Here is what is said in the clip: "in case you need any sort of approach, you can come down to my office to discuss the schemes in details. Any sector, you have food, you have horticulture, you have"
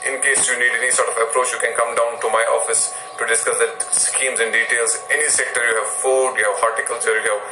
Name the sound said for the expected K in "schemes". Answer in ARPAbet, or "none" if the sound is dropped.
K